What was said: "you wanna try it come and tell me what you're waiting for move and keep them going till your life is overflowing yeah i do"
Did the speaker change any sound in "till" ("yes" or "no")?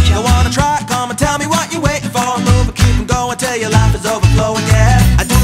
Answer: no